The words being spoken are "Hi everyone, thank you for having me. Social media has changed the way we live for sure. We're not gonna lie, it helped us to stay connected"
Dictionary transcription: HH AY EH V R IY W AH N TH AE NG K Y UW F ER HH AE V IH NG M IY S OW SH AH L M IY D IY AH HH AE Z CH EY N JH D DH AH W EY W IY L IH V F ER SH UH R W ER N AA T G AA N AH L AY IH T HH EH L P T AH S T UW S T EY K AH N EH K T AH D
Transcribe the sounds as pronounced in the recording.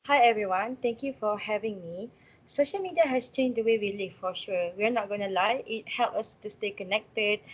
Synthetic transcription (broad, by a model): HH AY EH V R IY W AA N T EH NG K Y UW F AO HH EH V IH NG M IY S OW SH AH L M IY D IY AH HH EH S CH EY N JH D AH W EY W IY L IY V F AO SH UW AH W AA N AA T G AA N AH L AY IH T HH EH L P AH S T UW S T EY K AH N EH K T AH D